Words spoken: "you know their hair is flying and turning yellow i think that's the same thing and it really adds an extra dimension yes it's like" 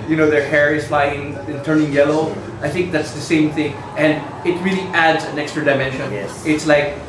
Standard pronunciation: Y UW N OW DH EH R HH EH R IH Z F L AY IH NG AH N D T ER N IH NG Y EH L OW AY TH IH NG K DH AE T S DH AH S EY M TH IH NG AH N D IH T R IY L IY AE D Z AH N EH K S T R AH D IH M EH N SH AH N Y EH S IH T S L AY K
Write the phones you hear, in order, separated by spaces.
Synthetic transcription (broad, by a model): Y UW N OW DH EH R HH EH R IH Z F L AY IH NG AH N T ER N IH NG Y EH L OW AY TH IH NG K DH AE T S DH AH S EY M TH IH NG AH N D IH T R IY L IY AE D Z AH N EH K S T R AH D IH M EH N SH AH N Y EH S IH T S L AY K